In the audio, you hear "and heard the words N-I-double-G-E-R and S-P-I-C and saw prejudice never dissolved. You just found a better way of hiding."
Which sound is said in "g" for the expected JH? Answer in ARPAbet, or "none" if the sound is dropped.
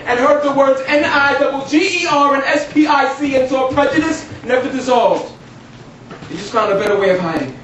JH